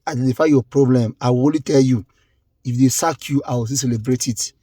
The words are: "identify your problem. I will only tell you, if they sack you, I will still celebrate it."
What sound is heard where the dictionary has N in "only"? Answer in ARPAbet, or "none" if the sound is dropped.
none